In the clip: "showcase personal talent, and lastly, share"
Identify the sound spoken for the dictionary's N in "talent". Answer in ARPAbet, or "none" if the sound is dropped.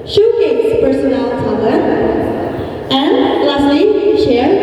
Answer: none